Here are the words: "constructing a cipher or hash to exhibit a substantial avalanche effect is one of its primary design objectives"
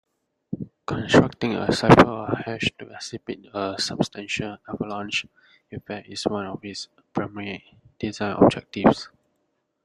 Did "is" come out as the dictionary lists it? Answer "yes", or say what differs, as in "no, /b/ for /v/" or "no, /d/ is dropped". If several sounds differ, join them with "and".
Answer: no, /s/ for /z/